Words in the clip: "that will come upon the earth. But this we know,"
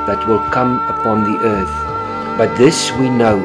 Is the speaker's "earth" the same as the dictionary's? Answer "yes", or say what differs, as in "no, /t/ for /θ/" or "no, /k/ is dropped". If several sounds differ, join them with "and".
yes